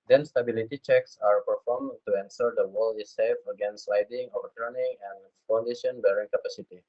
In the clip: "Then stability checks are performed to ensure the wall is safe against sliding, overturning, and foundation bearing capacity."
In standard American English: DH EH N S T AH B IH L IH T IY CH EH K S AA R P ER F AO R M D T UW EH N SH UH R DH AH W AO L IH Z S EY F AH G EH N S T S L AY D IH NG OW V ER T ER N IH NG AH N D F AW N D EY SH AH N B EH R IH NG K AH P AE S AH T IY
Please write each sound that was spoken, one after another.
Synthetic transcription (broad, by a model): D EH N S T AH B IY L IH T IY CH EH K S AA R P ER F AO R M T UW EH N S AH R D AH W AO L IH S EY F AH G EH N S S L AY D IH NG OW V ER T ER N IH NG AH N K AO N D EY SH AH N B EH R IH NG K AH P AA S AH T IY